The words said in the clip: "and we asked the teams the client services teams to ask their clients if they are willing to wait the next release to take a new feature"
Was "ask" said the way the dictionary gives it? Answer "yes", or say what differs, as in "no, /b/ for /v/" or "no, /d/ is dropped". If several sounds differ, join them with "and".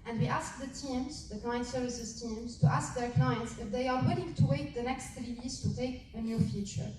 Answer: yes